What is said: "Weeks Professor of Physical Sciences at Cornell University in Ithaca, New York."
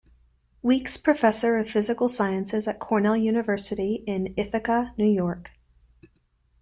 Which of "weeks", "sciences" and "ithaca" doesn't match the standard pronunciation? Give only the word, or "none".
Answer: none